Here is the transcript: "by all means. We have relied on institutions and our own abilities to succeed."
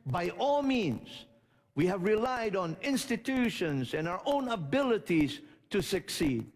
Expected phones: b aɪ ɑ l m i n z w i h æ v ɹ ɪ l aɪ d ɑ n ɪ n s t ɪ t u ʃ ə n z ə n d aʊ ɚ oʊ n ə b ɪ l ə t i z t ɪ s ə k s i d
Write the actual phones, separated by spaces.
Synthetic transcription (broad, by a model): b aɪ ɑ l m i n z w i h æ v ɹ ɪ l aɪ d ɑ n ɪ n s t ɪ t u ʃ ə n z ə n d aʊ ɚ oʊ n ə b ɪ l ə t i z t ɪ s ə k s i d